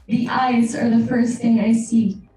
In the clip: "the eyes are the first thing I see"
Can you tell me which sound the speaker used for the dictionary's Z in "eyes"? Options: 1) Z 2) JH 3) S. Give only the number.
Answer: 1